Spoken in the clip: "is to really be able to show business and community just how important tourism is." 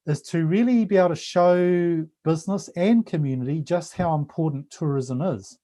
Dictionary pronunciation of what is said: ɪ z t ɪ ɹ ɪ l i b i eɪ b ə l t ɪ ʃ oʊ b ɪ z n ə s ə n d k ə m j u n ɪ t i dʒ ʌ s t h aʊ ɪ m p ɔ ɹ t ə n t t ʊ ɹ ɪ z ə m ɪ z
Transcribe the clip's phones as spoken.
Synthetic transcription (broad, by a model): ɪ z t ɪ ɹ ɪ l i b i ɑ ə t ɪ ʃ oʊ b ɪ z n ə s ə n k ə m j u n ɪ t i dʒ ʌ s t h aʊ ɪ m p ɔ ɹ t n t t ʊ ɹ ɪ z ə m ɪ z